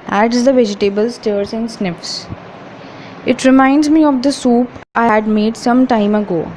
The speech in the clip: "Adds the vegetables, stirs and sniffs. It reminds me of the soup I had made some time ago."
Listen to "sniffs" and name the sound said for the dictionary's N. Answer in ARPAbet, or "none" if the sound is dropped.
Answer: N